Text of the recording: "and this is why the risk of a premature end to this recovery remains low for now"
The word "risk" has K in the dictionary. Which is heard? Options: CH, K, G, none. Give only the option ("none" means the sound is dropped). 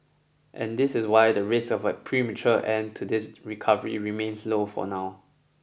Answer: none